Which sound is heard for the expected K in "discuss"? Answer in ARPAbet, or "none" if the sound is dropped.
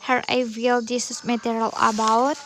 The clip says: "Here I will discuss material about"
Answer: none